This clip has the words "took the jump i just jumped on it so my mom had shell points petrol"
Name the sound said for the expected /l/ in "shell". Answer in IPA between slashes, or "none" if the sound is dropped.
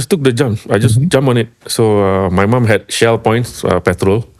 /l/